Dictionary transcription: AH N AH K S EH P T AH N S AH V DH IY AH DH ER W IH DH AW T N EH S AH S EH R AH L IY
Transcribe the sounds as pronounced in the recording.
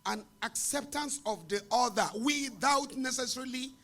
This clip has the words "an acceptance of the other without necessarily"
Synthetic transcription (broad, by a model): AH N AH K S EH P T AH N S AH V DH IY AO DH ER W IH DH AW T N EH S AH S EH R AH L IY